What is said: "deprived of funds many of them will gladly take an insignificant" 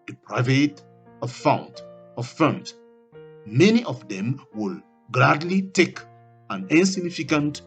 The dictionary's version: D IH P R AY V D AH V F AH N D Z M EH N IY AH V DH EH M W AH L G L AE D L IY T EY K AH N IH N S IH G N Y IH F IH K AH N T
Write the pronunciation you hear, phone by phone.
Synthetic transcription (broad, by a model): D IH P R AY V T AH F F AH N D M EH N IY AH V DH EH M W AH L G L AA D L IY T EY K AH N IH N S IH G N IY F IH K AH N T